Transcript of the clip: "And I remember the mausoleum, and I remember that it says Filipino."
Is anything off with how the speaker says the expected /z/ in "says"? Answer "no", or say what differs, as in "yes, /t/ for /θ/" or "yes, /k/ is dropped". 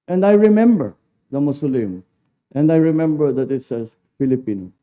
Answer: yes, /z/ is dropped